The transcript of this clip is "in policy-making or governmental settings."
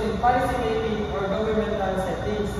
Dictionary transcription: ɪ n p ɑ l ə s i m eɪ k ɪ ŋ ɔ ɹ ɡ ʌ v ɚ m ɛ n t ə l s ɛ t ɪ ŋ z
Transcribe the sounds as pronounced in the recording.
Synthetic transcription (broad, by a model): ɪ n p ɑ ə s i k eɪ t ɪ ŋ ɔ ɹ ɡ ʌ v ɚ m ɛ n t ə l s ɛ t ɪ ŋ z